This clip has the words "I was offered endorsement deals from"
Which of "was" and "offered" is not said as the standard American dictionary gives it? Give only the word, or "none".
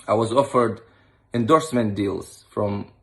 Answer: none